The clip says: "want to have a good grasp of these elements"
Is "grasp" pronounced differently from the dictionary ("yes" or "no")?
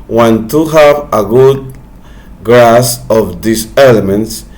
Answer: yes